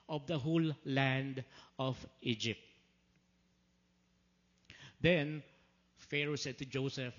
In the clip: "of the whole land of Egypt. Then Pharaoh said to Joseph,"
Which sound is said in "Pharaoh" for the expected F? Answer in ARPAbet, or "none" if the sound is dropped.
F